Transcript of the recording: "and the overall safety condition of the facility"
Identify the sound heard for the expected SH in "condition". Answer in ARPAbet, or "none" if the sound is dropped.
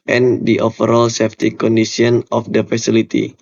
S